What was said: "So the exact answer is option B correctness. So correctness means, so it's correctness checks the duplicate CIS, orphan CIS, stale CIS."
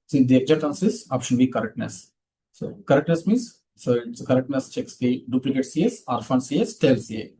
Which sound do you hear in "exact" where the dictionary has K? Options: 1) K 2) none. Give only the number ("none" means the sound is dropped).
2